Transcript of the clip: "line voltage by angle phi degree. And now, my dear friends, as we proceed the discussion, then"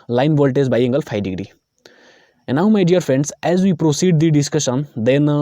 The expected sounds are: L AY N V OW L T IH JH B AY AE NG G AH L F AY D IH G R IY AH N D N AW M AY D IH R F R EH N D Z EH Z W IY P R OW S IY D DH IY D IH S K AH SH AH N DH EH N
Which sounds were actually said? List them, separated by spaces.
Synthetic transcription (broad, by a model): L AY N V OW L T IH Z B AY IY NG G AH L F AY D IH G R IY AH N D N AW M AY D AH R F R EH N D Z EH Z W IY P R OW S IY D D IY D IH S K AH SH AH N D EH N